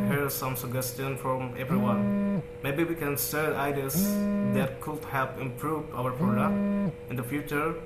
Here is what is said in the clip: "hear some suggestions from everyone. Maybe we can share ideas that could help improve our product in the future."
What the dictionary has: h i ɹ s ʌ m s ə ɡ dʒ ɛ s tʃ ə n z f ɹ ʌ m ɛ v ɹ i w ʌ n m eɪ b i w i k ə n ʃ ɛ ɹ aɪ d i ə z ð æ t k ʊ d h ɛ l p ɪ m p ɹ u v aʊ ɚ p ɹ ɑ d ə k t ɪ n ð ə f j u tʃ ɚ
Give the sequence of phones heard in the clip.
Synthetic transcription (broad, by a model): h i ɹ s ʌ m s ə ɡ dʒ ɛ s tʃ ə n f ɹ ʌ m ɛ v ɹ i w ʌ n m eɪ b i w i k ə n s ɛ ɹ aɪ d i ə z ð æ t k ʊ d h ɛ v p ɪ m p ɹ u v aʊ ɚ p ɹ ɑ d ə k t ɪ n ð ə f j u tʃ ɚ